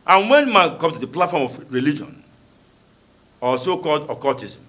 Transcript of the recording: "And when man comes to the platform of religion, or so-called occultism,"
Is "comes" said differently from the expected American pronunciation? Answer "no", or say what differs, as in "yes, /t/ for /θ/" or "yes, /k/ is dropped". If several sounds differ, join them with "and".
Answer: yes, /z/ is dropped